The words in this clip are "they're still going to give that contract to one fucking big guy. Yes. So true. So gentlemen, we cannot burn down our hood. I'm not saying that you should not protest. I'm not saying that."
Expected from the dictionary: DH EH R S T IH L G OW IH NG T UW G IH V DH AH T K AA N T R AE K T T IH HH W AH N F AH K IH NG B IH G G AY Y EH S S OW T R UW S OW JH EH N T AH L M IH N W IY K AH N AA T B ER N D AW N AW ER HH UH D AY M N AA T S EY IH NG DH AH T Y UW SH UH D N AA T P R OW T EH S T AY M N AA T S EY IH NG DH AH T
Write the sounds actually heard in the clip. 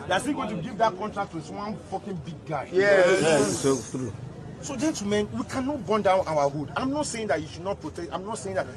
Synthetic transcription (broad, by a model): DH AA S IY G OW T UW G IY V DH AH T K AA N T R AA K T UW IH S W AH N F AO K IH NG B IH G G AY Y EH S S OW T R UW S OW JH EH N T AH M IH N W IY K AH N AA T B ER N D AW N AW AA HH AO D AY M N AA T S EY IH NG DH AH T Y UW SH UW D N AA T P R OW T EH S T AY M N AA T S EY IH NG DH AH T